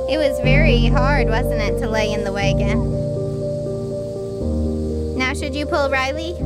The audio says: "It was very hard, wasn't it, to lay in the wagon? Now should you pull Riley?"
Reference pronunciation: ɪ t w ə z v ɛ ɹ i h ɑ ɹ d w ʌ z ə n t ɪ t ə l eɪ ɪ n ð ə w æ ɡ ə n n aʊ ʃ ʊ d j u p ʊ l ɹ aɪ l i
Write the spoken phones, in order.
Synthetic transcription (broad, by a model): ɪ t w ə z v ɛ ɹ i h ɑ ɹ d w ʌ z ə n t ɪ t ə l eɪ ɪ n ð ə w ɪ ɡ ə n n aʊ ʃ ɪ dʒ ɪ p ʊ l ɹ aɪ l i